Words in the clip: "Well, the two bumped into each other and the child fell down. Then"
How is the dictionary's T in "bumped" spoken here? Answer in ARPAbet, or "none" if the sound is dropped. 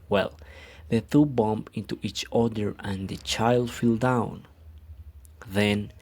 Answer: none